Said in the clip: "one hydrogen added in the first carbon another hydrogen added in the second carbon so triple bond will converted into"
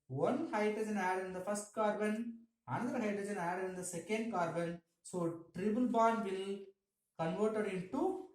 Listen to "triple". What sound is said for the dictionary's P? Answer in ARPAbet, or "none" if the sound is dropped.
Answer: B